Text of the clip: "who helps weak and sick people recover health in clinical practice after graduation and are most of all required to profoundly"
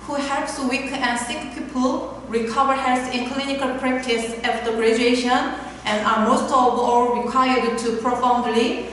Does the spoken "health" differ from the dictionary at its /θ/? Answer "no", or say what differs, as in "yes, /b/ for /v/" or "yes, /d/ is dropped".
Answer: yes, /s/ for /θ/